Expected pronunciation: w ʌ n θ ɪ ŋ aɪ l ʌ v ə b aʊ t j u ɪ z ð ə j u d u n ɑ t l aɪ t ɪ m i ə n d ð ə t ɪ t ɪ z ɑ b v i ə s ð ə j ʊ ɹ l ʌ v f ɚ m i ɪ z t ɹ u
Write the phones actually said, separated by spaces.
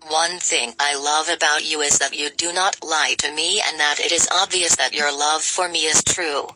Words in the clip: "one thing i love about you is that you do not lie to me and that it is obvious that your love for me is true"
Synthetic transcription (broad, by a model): w ʌ n θ ɪ ŋ aɪ l ʌ v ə b aʊ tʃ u ɪ z ð ə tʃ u d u n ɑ t l aɪ t ɪ m i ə n ð ə t ɪ t ɪ z ɑ b v i ə s ð ə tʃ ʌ ɹ l ʌ v f ɚ m i ɪ z t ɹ u